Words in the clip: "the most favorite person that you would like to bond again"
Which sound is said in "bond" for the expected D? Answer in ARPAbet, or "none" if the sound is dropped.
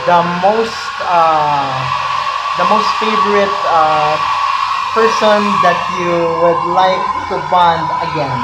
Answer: D